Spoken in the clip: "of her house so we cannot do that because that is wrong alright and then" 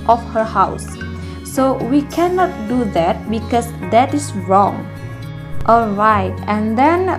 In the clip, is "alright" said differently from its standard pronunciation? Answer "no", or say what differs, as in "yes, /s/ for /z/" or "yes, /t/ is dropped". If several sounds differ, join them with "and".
no